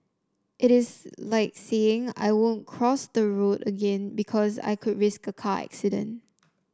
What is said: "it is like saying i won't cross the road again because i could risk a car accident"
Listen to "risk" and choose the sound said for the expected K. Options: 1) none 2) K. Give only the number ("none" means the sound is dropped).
2